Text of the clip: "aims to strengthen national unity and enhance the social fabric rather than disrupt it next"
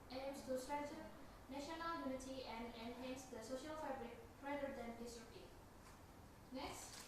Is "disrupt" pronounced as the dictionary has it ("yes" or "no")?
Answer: no